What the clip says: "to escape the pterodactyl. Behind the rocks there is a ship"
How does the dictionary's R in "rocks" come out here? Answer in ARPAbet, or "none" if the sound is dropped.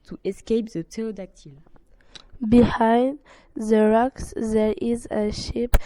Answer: R